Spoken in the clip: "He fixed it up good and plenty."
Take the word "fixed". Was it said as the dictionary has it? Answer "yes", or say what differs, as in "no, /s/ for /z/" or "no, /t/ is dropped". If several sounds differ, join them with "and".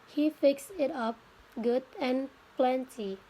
no, /t/ is dropped